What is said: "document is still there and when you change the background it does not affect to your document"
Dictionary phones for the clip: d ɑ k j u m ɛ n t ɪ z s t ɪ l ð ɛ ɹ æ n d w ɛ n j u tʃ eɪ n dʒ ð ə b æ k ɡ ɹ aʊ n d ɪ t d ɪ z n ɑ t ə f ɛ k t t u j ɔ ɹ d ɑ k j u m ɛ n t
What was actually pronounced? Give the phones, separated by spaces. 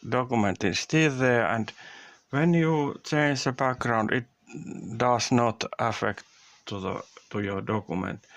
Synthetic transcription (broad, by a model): d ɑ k j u m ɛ n t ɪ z s t ɪ l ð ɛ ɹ æ n d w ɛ n j u tʃ eɪ n dʒ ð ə b æ k ɡ ɹ aʊ n d ɪ t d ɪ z n ɑ t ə f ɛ k t t u j ɔ ɹ d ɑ k j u m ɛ n t